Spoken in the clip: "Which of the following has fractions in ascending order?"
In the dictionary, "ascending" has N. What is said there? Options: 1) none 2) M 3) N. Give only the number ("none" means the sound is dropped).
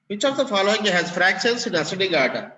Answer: 1